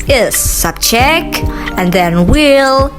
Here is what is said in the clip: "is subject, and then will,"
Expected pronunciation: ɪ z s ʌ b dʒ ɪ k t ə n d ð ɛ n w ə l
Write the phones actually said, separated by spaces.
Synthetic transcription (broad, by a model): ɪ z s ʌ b tʃ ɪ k ə n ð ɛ n w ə l